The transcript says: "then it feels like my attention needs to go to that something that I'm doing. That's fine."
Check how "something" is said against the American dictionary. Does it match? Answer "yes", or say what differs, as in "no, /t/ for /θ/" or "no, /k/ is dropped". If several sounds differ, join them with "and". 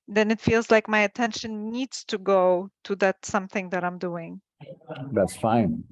yes